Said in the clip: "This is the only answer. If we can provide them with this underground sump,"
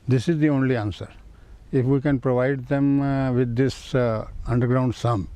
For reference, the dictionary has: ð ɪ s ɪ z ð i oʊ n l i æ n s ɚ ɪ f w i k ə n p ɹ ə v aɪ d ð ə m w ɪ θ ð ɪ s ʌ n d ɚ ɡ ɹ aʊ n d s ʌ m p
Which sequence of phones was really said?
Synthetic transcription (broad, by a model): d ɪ s ɪ z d i oʊ n l i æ n s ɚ ɪ f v i k ə n p ɹ ə v aɪ d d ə m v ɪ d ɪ s ʌ n d ɚ ɡ ɹ aʊ n d s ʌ m